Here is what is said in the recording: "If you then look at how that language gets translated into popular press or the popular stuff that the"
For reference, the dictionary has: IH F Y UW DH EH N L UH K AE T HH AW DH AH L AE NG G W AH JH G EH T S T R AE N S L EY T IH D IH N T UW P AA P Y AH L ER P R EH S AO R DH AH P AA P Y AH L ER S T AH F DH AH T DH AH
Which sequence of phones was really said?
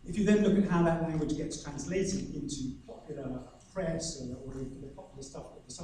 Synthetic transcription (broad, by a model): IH F Y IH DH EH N L UH K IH T HH AW DH AH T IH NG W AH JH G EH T T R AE N S L EY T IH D IH N T UW P AA P Y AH L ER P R EH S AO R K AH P AA P Y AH L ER S T AH F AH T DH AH